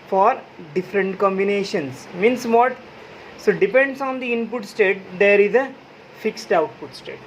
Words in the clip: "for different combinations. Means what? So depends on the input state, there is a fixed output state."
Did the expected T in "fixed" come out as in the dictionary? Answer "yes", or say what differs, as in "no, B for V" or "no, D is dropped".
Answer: yes